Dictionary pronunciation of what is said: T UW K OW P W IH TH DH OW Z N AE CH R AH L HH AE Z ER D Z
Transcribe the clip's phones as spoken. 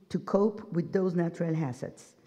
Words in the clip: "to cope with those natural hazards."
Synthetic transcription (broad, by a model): T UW K OW P W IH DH OW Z N AE CH R AH L HH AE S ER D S